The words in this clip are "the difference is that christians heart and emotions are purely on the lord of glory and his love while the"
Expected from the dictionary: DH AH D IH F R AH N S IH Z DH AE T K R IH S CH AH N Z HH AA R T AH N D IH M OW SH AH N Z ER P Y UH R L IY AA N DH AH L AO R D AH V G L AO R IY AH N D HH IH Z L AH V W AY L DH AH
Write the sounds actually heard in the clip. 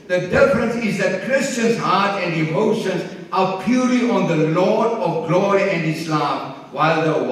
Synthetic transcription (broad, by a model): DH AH D IH F R AH N S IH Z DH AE T K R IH S CH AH N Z HH AA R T AH N D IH M OW SH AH N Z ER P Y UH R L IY AA N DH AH L AO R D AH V G L AO R IY AH N D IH S L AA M W AY L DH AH